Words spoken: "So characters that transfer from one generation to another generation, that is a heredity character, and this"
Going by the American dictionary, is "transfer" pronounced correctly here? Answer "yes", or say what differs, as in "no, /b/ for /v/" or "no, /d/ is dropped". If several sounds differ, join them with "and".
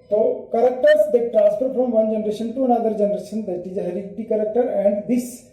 no, /p/ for /f/